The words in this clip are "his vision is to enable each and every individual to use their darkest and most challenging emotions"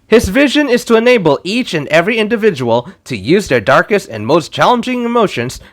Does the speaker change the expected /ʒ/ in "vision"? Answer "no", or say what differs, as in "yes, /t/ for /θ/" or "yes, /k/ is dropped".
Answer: no